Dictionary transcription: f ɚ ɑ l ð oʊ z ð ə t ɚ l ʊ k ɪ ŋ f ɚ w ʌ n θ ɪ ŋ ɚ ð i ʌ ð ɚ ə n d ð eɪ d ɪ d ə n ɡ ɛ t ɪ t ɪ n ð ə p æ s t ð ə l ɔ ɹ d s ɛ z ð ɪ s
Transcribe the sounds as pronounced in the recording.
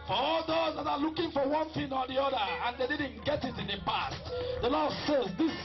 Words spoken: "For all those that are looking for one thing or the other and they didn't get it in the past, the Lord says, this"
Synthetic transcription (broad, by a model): f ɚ ɑ l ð oʊ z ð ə t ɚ l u k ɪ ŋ f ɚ w ʌ n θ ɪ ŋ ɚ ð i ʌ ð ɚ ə n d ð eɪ d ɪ d n ɡ ɛ t ɪ t ɪ n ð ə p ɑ s t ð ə l ɔ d s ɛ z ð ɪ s